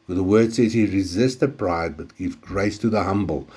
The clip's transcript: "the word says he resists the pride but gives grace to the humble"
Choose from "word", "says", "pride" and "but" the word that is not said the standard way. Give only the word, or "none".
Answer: none